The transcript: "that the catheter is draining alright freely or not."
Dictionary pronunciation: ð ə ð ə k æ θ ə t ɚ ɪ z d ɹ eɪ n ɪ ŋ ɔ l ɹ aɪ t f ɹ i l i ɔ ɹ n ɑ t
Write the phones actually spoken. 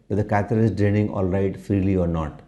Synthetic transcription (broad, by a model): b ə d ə k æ t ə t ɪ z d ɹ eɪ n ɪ ŋ ɔ l ɹ aɪ t f ɹ i l i ɔ ɹ n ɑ t